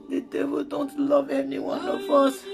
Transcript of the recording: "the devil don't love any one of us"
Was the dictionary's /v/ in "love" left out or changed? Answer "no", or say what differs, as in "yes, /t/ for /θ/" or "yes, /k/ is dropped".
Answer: no